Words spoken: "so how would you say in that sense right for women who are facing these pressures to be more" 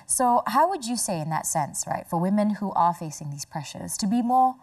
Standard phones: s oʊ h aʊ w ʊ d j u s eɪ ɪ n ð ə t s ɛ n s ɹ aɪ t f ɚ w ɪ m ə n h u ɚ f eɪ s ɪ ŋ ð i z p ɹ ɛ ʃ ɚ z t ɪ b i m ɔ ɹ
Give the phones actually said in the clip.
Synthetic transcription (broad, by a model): s oʊ h aʊ w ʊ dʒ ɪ s eɪ ɪ n ð ə t s ɛ n s ɹ aɪ t f ɚ w ɪ m ə n h u ɚ f eɪ s ɪ ŋ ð i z p ɹ ɛ ʃ ɚ z t ɪ b i m ɔ ɹ